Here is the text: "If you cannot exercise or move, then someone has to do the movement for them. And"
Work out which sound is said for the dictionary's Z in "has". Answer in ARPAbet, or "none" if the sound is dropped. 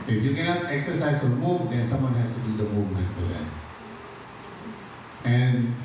S